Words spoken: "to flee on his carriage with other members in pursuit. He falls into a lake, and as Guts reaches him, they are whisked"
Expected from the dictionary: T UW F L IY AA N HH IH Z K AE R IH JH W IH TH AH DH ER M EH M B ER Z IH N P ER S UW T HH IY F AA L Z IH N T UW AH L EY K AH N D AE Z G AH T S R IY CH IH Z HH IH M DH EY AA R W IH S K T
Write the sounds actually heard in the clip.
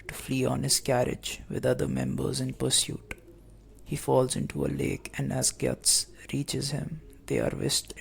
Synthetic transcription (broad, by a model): T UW F L IY AA N HH IH Z K AE R IH JH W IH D AH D ER M EH M B ER Z IH N P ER S UW T HH IY F AA L Z IH N T UW AH L EY K AH N D AE Z G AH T S R IY CH IH Z HH IH M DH EY AA R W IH S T